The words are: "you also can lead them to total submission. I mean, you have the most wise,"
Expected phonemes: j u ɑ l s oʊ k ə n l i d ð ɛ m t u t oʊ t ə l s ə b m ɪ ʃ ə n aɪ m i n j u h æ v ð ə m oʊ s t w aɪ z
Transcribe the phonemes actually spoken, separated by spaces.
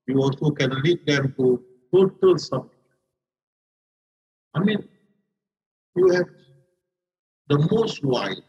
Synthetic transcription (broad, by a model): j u ɑ l s oʊ k ə n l i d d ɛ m t u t oʊ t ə l s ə m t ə aɪ m i n j u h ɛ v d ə m oʊ s t w aɪ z